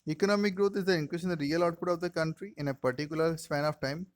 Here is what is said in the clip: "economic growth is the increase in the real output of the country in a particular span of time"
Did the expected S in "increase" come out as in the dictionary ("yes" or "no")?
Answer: no